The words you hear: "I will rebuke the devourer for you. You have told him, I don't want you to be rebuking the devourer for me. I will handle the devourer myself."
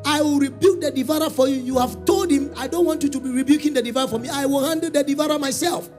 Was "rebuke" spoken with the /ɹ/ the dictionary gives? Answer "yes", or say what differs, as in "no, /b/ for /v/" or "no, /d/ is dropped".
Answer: yes